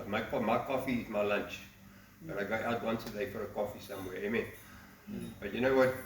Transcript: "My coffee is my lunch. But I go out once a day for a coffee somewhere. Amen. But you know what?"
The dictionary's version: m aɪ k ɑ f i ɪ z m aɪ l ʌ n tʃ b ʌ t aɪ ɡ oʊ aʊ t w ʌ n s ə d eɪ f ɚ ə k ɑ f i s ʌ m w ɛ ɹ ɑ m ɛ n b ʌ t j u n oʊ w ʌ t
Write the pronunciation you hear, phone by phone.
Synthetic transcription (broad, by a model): m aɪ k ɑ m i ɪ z m aɪ l ʌ n tʃ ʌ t aɪ ɡ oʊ aʊ t w ʌ n s ə d eɪ f ɚ ə k ɑ f i s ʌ m w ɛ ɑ ɑ m ɛ n b ʌ t j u n oʊ w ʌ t